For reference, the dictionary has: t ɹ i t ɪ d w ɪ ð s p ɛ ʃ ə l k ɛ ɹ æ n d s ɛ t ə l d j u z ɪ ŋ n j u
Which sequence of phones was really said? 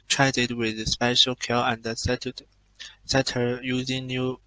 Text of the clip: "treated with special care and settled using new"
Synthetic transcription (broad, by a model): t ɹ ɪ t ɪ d w ɪ ð s p ɛ ʃ ə l k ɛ l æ n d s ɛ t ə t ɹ j u z ɪ ŋ n j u